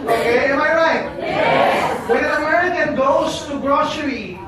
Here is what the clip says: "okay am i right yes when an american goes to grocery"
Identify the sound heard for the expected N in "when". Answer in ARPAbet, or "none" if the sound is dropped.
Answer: none